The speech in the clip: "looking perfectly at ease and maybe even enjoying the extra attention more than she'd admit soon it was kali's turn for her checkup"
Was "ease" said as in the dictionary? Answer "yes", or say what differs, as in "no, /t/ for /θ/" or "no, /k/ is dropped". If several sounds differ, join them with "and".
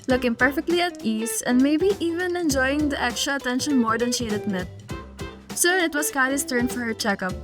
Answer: no, /s/ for /z/